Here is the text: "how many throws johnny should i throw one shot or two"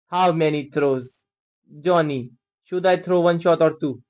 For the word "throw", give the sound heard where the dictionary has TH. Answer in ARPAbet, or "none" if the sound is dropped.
T